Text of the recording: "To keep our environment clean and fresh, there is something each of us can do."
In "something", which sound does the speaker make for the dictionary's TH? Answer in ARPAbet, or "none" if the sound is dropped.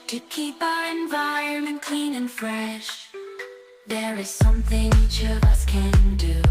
TH